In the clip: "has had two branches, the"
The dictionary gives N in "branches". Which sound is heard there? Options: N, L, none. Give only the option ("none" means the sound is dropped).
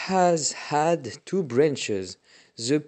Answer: N